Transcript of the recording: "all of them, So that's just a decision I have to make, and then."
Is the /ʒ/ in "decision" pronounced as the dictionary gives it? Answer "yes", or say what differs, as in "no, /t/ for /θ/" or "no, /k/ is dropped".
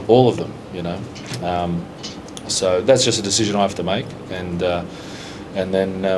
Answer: yes